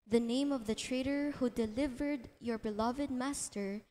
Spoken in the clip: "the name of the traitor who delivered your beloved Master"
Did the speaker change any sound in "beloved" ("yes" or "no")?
no